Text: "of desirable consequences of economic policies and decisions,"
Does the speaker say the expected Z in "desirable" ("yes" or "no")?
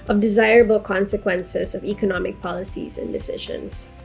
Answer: yes